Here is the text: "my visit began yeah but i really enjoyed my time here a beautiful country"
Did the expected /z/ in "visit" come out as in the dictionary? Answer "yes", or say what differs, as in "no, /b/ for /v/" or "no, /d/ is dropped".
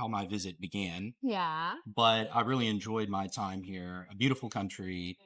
yes